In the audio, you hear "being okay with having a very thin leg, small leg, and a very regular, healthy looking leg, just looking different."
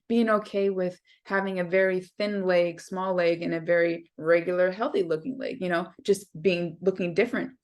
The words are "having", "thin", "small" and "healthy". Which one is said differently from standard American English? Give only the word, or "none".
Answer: none